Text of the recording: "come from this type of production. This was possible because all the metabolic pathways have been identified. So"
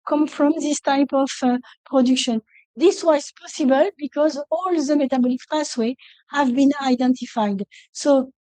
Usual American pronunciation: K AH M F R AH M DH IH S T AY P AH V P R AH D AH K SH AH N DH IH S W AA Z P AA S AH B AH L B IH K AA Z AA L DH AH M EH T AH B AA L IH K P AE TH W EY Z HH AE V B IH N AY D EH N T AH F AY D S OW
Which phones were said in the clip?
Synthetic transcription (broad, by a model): K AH M F R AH M DH IH S T AY P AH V P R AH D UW K SH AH N DH IH S W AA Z P AA S AH B AH L B IH K AA Z AA L DH AH M EH T AH B AA L IH K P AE S W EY HH AE V B IH N AY D EH N T AH F AY D S OW